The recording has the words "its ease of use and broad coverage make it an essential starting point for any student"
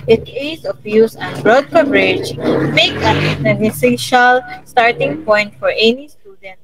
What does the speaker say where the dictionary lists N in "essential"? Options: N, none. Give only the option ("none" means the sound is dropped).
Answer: none